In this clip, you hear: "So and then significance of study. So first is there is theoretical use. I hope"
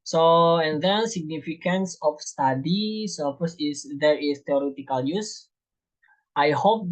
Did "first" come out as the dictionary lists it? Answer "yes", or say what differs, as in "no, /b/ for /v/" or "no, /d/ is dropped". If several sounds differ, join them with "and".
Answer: no, /t/ is dropped